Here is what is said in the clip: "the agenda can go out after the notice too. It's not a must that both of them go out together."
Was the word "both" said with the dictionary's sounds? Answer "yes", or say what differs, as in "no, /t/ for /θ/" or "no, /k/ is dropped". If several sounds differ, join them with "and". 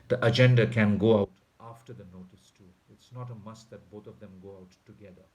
no, /t/ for /θ/